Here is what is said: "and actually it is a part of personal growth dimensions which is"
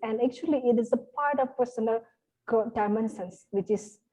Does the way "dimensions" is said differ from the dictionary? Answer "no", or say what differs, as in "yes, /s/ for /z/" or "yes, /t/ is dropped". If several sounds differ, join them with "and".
yes, /s/ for /ʃ/